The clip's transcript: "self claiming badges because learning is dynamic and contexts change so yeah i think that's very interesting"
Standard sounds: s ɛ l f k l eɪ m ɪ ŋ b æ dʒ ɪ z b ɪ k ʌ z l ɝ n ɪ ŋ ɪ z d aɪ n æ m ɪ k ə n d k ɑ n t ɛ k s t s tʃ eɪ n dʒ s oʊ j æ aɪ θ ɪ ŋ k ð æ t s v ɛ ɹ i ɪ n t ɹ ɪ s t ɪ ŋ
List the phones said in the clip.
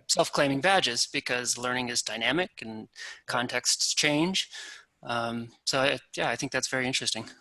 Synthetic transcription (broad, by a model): s ɛ l f k l eɪ m ɪ ŋ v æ dʒ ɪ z b ɪ k ʌ z l ɝ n ɪ ŋ ɪ z d aɪ n æ m ɪ k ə n k ɑ n t ɛ k s t s tʃ eɪ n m s oʊ j æ aɪ θ ɪ ŋ k ð æ t s v ɛ ɹ i ɪ n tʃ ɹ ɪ s t ɪ ŋ